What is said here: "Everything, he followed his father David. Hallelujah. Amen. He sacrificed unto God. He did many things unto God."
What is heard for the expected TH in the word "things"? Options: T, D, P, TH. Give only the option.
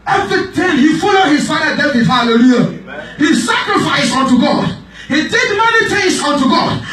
T